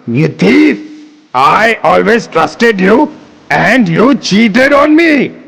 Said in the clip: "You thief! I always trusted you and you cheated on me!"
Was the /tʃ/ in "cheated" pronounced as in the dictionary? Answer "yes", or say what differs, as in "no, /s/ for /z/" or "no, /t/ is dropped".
yes